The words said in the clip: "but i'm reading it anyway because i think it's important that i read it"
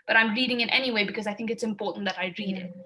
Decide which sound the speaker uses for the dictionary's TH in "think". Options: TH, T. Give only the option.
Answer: TH